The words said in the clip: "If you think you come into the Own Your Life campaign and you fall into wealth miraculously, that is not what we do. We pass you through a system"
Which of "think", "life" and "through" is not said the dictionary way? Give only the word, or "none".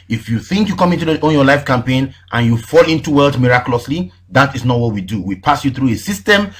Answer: none